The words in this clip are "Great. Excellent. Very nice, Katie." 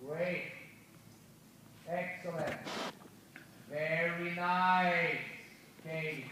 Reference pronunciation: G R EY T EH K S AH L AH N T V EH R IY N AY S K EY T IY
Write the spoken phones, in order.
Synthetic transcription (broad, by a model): R EY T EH K S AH L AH N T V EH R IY N AY K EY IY